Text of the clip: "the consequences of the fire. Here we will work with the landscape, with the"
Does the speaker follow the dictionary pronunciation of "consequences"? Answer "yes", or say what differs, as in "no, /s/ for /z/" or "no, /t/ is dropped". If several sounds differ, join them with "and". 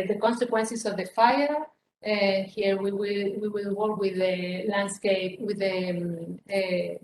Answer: no, /s/ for /z/